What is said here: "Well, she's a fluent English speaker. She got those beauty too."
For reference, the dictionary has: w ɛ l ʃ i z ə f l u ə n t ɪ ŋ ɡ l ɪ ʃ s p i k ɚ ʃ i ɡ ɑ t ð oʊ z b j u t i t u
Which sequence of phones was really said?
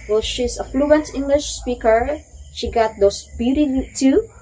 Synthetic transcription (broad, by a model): w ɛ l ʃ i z ə f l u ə n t ɪ ŋ ɡ l ɪ ʃ s p i k ɚ ʃ i ɡ ɑ t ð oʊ s b j u t i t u